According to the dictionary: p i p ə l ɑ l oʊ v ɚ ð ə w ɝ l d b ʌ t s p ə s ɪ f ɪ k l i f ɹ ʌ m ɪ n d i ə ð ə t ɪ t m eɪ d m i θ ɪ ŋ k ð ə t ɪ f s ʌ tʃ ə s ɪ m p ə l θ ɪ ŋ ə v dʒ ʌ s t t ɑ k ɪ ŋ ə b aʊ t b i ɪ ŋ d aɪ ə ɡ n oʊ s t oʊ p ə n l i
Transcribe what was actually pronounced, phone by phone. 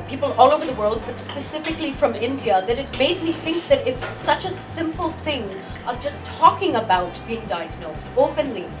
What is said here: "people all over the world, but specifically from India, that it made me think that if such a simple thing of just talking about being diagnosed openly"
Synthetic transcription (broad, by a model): p i p l ɑ l oʊ v ɚ ð ə w ɝ l d b ʌ t s p ə s ɪ f ɪ k l i f ɹ ʌ m ɪ n d i ə ð ə t ɪ t m eɪ d m i θ ɪ ŋ k ð ə t ɪ f s ʌ tʃ ə s ɪ m p l θ ɪ ŋ ə v dʒ ʌ s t t ɑ k ɪ ŋ ə b aʊ t b i ɪ ŋ d aɪ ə ɡ n oʊ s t oʊ p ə n l i